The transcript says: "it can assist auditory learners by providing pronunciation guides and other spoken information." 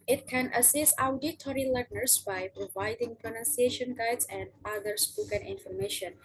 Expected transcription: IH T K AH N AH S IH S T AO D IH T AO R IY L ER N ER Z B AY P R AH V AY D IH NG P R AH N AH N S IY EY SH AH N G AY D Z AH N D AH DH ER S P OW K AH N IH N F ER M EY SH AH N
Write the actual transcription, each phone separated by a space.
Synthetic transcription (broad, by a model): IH T K AH N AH S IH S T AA D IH T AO R IY L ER N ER S B AY P R AH V AY D IH NG P R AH N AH N S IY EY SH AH N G AY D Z AH N D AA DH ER S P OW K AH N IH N F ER M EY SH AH N